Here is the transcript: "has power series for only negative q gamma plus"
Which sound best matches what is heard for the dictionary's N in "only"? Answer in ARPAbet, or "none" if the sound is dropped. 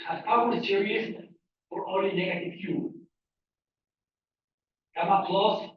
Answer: none